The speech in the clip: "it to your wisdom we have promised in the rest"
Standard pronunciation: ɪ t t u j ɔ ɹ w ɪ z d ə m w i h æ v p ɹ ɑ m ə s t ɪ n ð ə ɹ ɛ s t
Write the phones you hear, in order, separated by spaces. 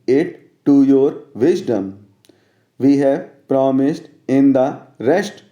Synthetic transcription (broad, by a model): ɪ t t u j ɔ ɹ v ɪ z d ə m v i h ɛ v p ɹ ɑ m ə s t ɪ n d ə ɹ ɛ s t